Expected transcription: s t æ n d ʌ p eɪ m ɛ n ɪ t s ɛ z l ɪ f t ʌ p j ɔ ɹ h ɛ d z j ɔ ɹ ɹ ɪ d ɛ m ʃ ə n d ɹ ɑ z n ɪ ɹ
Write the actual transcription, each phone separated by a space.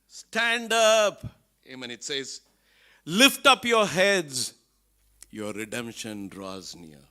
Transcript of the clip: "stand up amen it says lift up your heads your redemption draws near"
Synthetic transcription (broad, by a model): s t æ n d ʌ p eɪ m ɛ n ɪ t s ɛ z l ɪ f t ʌ p j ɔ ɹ h ɛ d z j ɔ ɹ ɹ ɪ d ɛ m ʃ ə n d ɹ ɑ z n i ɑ